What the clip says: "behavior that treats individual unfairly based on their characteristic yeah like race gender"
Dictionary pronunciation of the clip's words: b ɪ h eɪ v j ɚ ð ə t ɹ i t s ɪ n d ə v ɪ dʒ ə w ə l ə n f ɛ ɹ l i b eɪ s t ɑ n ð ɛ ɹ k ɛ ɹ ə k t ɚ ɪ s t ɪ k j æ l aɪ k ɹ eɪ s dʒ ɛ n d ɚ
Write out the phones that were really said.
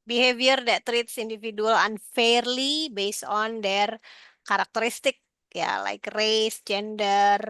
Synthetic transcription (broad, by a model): b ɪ h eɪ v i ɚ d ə t ɹ i t s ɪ n d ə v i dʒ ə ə l ə n f ɛ ɹ l i b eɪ s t ɑ n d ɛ ɹ k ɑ ɹ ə k t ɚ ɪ s t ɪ k j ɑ l aɪ k ɹ eɪ s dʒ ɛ n d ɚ